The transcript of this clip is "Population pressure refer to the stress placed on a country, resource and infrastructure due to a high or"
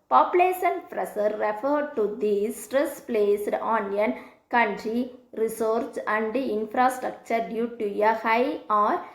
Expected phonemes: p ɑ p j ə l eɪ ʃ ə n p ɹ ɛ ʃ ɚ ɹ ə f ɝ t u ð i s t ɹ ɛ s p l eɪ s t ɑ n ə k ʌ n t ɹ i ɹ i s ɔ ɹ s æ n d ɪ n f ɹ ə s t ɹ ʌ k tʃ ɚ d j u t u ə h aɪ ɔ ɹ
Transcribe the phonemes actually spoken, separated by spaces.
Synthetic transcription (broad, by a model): p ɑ p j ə l eɪ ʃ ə n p ɹ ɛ s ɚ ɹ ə f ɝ t u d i s t ɹ ɛ s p l eɪ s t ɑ n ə k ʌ n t ɹ i ɹ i s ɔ ɹ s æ n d ɪ n f ɹ ə s t ɹ ʌ k tʃ ɚ d j u t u ə h aɪ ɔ ɹ